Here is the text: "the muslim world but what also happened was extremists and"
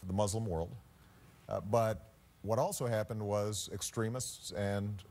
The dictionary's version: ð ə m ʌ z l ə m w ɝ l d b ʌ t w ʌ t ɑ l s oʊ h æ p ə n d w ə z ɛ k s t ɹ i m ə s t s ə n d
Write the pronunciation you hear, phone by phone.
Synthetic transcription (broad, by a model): ð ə m ʌ z l ə m w ɝ l d b ʌ t w ʌ t ɑ l s oʊ h æ p ə n d w ə z ɛ k s t ɹ i m ə s t s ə n